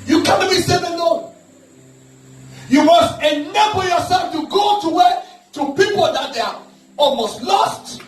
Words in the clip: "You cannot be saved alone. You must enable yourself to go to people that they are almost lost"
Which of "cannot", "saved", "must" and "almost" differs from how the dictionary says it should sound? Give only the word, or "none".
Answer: saved